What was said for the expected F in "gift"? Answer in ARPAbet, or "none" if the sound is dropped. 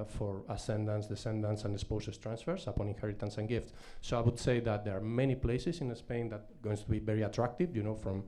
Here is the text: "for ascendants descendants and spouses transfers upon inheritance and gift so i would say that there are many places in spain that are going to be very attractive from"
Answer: F